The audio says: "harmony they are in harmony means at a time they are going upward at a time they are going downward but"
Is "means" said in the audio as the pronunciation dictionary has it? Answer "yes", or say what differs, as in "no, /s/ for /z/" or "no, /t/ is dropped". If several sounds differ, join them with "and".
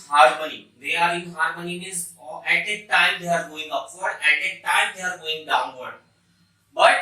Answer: no, /n/ is dropped